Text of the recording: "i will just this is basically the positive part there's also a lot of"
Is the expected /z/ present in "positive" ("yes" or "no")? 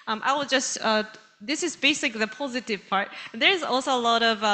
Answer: yes